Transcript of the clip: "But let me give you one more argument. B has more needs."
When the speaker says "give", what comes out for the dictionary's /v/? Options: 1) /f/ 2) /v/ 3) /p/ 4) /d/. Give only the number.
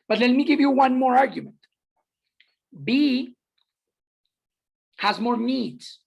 2